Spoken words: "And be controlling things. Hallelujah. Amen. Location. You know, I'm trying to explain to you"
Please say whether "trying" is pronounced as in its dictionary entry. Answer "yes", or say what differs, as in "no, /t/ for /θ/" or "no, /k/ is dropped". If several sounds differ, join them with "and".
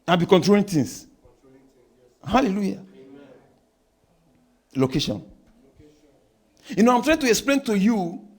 yes